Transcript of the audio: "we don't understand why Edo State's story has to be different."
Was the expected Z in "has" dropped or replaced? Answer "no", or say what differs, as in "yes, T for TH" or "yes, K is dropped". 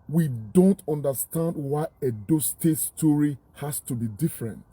yes, S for Z